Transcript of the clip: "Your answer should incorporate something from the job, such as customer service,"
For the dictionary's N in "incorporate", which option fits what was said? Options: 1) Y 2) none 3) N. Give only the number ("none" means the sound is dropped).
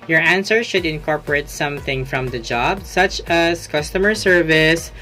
3